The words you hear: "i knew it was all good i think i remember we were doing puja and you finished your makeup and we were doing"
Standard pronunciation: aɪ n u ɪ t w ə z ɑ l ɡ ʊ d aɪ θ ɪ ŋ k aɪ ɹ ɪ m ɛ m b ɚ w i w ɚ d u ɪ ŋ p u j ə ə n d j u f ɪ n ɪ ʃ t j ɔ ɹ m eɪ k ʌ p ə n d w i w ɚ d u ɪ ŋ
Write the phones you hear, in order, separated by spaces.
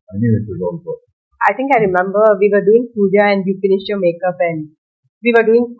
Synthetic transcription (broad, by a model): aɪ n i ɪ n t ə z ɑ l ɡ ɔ aɪ t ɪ ŋ k aɪ ɹ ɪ m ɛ m b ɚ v i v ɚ d u ɪ ŋ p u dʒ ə ə n d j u f ɪ n ɪ ʃ t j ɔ m eɪ k ʌ p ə n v i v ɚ d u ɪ ŋ